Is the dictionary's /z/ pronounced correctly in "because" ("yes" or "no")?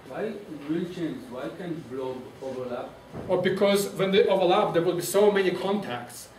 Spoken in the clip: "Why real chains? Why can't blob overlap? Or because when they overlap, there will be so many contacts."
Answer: yes